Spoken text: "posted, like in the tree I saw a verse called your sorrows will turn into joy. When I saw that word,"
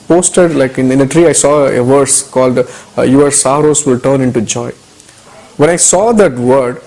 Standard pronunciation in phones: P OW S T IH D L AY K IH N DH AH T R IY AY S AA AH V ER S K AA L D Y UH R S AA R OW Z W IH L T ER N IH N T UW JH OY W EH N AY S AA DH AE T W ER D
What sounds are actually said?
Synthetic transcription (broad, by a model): P OW S T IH D L AY K IH N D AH T R IY AY S AA AH V ER S K AA L D Y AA R S AA R OW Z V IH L T ER N IH N T UW JH OY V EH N AY S AA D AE T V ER D